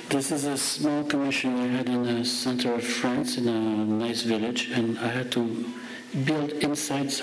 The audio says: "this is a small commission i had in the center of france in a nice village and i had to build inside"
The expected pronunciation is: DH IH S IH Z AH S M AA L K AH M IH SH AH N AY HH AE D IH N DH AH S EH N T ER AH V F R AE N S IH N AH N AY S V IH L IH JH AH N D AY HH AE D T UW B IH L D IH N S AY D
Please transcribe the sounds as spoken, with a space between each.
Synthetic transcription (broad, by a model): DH IH S IH Z AH S M AA L K AH M IH SH AH N AY HH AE D IH N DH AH S EH N T ER AH V F R AE N S IH N AH N AY S V IH L IH JH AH N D AY HH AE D T UW B IH L D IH N S AY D